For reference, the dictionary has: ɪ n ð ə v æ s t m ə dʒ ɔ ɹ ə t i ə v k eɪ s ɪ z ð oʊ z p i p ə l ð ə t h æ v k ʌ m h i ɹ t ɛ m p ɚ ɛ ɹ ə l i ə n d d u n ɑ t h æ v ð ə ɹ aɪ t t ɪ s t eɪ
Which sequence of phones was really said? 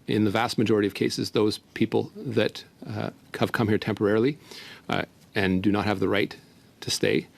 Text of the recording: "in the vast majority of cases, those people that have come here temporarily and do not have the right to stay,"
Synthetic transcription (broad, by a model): ɪ n ð ə v æ s t m ə dʒ ɔ ɹ ə t i ə v k eɪ s ɪ z ð oʊ z p i p l ð ə t h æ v k ʌ m h i ɹ t ɛ m p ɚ ɛ ɹ l i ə n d d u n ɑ t h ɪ v ð ə ɹ aɪ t t ɪ s t eɪ